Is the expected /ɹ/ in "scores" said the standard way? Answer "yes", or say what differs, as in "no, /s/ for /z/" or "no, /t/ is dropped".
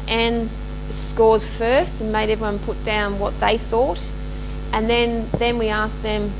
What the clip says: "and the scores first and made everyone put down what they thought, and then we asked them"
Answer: yes